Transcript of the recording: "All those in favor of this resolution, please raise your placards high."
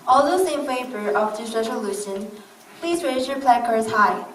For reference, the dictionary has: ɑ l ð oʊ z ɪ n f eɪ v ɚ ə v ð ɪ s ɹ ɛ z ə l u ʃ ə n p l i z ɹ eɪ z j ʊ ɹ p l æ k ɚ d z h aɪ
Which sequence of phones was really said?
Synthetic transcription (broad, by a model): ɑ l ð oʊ s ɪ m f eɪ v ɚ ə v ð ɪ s ɹ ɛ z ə l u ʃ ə n p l i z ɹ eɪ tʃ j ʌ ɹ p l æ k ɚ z h aɪ